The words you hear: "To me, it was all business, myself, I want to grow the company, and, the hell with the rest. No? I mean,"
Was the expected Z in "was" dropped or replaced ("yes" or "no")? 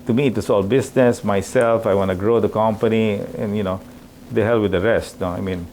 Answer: yes